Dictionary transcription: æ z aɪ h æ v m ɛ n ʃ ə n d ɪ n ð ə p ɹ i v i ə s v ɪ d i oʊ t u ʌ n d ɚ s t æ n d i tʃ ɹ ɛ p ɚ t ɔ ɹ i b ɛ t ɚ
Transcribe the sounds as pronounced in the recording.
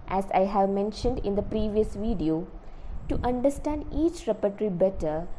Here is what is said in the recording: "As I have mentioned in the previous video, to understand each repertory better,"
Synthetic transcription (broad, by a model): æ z aɪ h æ v m ɛ n ʃ ə n d ɪ n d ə p ɹ i v i ə s v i d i oʊ t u ʌ n d ɚ s t æ n d i tʃ ɹ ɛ p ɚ t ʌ ɹ i b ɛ t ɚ